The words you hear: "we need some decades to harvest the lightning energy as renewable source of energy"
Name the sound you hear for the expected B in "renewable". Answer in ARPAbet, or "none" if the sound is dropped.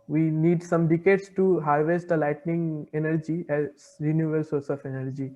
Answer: none